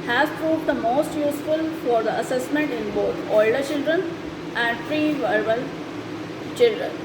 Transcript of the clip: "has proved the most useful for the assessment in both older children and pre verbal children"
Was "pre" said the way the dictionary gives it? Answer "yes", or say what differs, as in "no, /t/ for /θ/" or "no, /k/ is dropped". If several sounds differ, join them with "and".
no, /f/ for /p/